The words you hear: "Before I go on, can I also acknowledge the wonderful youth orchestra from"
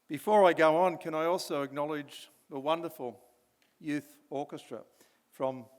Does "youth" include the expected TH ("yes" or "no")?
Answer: yes